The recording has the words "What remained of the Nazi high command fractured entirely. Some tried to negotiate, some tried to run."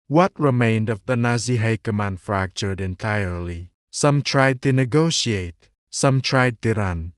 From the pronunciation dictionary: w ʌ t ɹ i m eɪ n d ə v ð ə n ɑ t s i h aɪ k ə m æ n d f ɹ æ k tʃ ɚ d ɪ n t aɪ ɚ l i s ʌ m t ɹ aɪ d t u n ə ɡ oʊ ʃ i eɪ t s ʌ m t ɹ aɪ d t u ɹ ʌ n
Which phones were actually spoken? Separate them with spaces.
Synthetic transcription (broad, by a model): w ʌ t ɹ i m eɪ n d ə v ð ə n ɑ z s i h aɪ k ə m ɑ n f ɹ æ k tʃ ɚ d ɪ n t aɪ ɚ l i s ʌ m t ɹ aɪ d t u n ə ɡ oʊ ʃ i eɪ t s ʌ m t ɹ aɪ d t u ɹ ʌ n